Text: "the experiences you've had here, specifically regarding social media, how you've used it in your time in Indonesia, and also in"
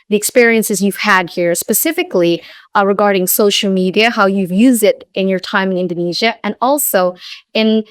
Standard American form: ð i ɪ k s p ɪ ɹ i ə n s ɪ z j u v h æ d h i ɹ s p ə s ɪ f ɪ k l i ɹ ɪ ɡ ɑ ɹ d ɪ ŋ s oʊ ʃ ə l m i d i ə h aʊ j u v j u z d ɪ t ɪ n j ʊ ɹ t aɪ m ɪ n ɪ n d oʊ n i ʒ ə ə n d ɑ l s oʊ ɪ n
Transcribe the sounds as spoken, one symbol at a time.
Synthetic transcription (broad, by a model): ð i ɪ k s p ɪ ɹ i ə n s ɪ z j u v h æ d h i ɹ s p ə s ɪ f ɪ k l i ɹ ɪ ɡ ɑ ɹ d ɪ ŋ s oʊ ʃ l m i d i ə h aʊ j u v j u z d ɪ t ɪ n j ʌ ɹ t aɪ m ɪ n ɪ n d oʊ n i ʒ ə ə n ɑ l s oʊ ɪ n